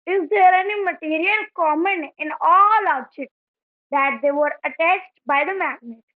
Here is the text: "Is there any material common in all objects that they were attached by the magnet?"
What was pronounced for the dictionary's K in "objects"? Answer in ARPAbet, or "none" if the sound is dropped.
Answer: none